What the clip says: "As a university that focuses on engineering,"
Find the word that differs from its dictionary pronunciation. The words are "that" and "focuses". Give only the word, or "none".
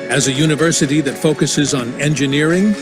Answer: none